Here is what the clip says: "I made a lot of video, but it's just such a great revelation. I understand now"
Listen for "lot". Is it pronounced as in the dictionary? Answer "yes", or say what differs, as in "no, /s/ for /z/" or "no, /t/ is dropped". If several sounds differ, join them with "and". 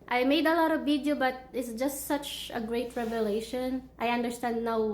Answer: yes